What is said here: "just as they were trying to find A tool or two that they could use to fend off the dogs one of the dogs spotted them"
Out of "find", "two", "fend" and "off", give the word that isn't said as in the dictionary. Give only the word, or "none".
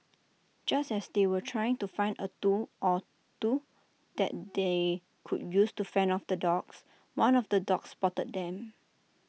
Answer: fend